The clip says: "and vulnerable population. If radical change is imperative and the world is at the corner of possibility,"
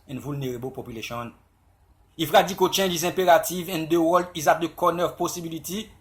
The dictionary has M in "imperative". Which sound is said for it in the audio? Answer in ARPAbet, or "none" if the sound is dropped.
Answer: none